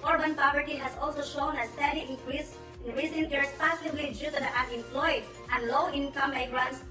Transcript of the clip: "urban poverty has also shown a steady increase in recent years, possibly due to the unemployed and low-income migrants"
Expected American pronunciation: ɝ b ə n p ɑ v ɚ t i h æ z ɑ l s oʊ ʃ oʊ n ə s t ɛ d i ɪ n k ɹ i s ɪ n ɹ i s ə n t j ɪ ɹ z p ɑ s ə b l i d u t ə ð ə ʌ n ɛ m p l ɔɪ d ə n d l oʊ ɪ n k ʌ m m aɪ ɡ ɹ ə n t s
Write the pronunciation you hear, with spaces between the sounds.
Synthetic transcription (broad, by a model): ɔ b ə n p ɑ v ɚ t i h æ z ɑ l s oʊ ʃ oʊ n ə s t ɛ d i ɪ n k ɹ i s ɪ n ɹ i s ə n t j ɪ ɹ s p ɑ s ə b l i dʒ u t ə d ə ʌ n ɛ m p l ɔɪ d ə n d l oʊ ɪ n k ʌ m m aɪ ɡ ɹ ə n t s